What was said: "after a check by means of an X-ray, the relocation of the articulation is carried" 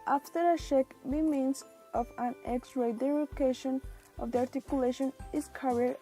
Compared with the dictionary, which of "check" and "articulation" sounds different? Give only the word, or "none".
check